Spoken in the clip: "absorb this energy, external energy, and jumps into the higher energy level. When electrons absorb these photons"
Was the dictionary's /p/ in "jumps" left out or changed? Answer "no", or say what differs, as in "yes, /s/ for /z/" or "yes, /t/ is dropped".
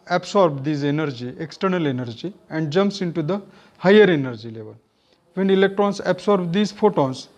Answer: no